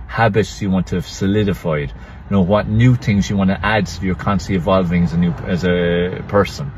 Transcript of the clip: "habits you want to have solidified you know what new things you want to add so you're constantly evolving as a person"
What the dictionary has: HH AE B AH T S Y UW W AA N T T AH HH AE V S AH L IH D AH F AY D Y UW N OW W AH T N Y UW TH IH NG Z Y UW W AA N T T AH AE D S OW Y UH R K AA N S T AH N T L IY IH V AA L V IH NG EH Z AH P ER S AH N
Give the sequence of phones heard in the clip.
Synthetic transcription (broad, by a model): HH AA B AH T S Y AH W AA N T T AH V S AH L IH D AH F AY D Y N OW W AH T N Y UW TH IH NG Z Y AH W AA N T T AH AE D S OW Y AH R K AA N T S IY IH V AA L V IH NG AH Z AH P ER S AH N